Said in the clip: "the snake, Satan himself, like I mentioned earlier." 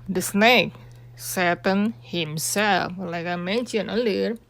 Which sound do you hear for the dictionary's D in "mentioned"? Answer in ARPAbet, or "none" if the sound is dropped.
none